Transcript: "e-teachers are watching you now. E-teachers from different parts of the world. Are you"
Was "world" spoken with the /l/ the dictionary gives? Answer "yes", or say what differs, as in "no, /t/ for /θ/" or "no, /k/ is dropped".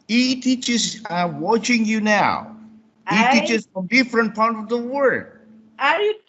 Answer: no, /l/ is dropped